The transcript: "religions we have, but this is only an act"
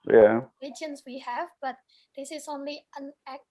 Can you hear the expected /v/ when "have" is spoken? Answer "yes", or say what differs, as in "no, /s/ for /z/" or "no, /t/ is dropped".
yes